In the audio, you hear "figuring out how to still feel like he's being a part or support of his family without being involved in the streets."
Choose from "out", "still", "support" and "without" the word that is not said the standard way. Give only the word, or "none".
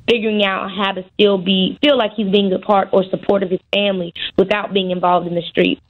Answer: none